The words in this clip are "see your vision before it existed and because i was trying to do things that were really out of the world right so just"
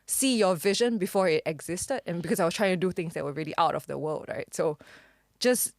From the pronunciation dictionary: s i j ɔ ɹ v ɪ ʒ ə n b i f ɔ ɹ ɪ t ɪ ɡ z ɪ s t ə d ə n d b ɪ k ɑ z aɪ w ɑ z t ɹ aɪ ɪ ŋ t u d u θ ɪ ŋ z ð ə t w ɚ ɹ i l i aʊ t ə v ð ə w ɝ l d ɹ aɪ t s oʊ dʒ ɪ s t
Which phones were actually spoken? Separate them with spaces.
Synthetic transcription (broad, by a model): s i j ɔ v ɪ ʒ ə n b i f ɔ ɹ ɪ t ɪ ɡ z ɪ s t ə d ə n b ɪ k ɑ s aɪ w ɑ s t ɹ aɪ ɪ ŋ t u d u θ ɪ ŋ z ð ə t w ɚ ɹ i l i aʊ t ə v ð ə w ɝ l d ɹ aɪ t s oʊ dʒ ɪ s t